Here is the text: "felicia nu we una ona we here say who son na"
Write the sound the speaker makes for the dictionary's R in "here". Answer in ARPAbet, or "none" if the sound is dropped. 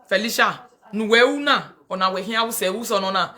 W